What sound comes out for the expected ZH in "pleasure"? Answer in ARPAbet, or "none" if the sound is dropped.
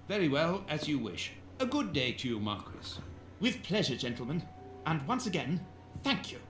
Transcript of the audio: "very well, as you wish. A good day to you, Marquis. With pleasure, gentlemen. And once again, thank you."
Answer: ZH